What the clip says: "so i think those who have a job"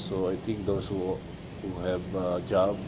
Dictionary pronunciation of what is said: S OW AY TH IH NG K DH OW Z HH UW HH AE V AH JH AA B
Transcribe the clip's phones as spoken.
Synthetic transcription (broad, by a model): S OW AY T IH NG K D OW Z HH UW HH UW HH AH JH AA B